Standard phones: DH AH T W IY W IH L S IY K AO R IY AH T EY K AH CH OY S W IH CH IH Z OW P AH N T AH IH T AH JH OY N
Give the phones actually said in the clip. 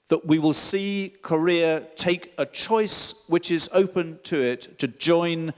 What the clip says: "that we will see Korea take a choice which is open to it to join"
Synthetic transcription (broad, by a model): DH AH T W IY W IH L S IY K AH R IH AH T EY K AH CH OY S W IH CH IH Z OW P AH N T AH IH T AH JH OY N